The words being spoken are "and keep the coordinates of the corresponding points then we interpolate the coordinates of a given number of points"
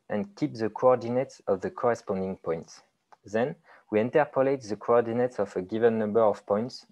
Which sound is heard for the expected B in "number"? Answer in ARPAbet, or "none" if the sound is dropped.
B